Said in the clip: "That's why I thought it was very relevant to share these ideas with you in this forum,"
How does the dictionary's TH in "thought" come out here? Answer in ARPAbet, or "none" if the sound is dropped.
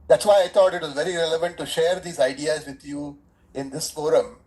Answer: T